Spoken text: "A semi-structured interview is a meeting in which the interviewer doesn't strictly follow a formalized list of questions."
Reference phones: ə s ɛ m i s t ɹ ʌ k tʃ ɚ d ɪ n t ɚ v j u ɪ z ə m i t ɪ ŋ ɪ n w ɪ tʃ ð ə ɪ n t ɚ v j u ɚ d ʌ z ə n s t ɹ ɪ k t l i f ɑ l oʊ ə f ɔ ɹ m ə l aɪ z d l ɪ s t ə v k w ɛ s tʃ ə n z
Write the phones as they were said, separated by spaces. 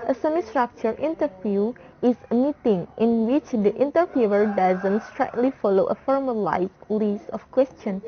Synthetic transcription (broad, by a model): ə s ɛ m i s t ɹ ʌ k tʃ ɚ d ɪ n t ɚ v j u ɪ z ə m i t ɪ ŋ ɪ n w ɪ tʃ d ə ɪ n t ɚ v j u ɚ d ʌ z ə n s t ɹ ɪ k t l i f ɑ l oʊ ə f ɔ ɹ m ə l aɪ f l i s ə f k w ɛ s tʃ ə n